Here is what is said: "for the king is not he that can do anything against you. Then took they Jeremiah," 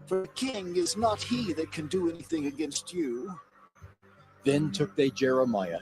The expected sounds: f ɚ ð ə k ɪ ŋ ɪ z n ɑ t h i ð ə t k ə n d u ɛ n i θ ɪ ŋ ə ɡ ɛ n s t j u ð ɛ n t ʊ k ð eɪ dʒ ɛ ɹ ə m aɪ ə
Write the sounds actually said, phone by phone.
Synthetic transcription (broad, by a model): f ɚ ð ə k ɪ ŋ ɪ z n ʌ t h i ð ə t k ə n d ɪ ɛ n i θ ɪ ŋ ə ɡ ɛ n s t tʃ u ð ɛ n t ʊ k ð eɪ dʒ ɛ ɹ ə m aɪ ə